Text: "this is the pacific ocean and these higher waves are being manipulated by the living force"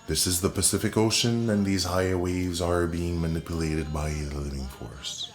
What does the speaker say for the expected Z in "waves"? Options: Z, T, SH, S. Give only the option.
Z